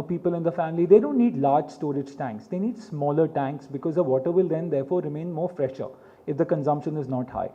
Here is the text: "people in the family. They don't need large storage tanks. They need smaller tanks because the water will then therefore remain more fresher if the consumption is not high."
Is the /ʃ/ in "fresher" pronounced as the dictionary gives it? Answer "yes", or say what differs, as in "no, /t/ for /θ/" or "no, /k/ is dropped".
yes